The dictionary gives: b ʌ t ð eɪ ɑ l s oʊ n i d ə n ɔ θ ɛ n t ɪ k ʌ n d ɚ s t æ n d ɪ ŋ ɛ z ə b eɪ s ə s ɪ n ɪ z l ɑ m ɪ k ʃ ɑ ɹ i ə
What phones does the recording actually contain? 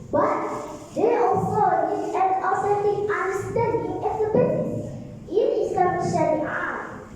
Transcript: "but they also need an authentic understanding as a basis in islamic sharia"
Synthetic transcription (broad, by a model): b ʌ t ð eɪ ɑ l s oʊ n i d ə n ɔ s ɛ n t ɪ ʌ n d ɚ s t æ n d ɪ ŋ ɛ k ə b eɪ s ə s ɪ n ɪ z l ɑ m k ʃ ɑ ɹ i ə